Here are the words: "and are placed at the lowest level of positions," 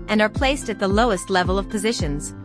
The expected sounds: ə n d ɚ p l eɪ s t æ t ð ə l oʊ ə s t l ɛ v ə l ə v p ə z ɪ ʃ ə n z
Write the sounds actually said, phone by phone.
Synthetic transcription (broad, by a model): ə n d ɚ p l eɪ s t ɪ t ð ə l oʊ ə s t l ɛ v ə l ə v p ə z ɪ ʃ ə n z